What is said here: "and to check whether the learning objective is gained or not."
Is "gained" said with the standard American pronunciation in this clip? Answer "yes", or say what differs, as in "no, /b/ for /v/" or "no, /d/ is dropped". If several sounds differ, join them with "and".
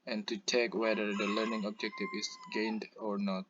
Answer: yes